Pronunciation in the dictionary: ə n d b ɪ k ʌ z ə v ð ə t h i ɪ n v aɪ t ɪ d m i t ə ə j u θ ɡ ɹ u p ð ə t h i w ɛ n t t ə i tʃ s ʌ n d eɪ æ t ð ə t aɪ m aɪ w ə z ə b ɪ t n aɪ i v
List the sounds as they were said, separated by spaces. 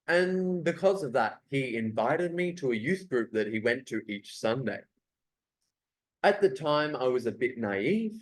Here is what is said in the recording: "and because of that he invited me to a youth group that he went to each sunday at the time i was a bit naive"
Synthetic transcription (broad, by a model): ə n b ɪ k ʌ z ə v ð ə t h i ɪ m v aɪ t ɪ d m i t ə ə j u θ ɡ ɹ u p ð ə t h i w ɛ n t t i tʃ s ʌ n d eɪ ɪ t ð ə t aɪ m aɪ w ə z ə b ɪ t n aɪ i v